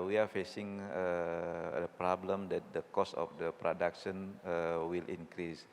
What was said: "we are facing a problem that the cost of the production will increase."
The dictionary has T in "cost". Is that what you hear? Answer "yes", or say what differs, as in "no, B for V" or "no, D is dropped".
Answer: no, T is dropped